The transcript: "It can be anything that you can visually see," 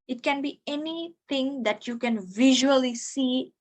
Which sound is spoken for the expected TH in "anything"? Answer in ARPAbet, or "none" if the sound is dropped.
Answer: T